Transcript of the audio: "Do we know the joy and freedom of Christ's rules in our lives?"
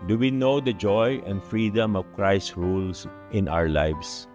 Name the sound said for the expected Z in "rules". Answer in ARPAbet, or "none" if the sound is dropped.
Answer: S